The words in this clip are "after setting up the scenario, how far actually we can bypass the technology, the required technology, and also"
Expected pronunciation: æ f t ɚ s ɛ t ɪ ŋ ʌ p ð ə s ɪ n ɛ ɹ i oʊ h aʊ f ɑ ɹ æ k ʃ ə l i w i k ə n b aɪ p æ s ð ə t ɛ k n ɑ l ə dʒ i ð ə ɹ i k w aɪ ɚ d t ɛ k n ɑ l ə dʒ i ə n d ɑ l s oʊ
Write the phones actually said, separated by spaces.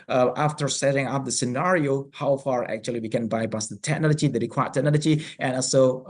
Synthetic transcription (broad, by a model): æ f t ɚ s ɛ t ɪ ŋ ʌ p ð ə s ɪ n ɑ ɹ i oʊ h aʊ f ɑ ɹ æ k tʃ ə l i w i k ə n b aɪ b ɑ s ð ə t ɛ k n ɑ l ə dʒ i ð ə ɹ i k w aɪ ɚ t ɛ k n ɑ l ə dʒ i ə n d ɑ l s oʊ